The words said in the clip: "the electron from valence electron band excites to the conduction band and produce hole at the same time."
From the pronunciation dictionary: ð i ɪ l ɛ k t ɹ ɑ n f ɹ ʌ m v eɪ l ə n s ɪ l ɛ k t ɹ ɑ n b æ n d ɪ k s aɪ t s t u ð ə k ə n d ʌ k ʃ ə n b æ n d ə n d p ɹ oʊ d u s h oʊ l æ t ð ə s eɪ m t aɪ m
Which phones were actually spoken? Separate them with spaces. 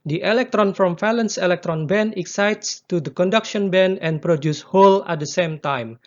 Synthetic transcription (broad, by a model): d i ɪ l ɛ k t ɹ ɑ n f ɹ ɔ m f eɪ l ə n s ɪ l ɛ k t ɹ ɑ n b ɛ n ɪ k s aɪ t s t u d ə k ə n d ʌ k ʃ ə n b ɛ n ə n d p ɹ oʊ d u s h oʊ l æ t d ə s eɪ m t aɪ m